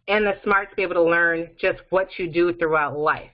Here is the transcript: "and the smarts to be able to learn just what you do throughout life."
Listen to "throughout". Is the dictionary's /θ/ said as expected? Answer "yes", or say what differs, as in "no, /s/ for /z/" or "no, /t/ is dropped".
yes